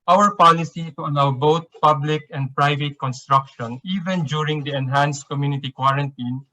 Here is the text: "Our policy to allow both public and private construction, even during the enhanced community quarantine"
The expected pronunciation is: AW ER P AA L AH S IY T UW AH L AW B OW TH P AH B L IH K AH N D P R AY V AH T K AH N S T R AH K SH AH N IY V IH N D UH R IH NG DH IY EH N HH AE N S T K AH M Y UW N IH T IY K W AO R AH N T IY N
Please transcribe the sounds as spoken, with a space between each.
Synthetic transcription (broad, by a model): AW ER P AA L AH S IY T UW AH L AW B OW T P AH B L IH K AH N D P R AY V AH T K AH N S T R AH K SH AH N IY V IH N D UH R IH NG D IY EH N HH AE N S T K AH M Y UW N IH T IY K W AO R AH N T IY N